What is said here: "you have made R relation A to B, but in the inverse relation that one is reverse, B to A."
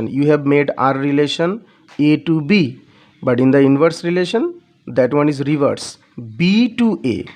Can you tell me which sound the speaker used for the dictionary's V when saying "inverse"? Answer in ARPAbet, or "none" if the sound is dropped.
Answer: V